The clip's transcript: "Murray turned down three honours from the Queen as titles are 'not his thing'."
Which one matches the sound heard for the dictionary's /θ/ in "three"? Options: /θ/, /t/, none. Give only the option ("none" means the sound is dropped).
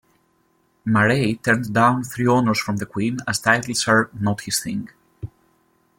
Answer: /θ/